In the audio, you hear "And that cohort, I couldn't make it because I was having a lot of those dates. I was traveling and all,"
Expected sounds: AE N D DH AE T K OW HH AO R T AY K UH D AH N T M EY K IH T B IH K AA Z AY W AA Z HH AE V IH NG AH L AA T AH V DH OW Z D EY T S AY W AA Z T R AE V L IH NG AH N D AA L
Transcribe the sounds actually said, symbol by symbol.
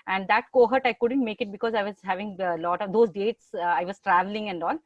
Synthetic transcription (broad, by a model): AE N D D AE T K OW HH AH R T AY K UH D AH N T M EY K IH T B IH K AA Z AY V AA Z HH AE V IH NG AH L AA T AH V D OW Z D EY T S AY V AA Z T R AE V L IH NG AH N D AA L